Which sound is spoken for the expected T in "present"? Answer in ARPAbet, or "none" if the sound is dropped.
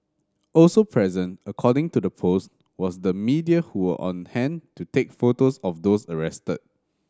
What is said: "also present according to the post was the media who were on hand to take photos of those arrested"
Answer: T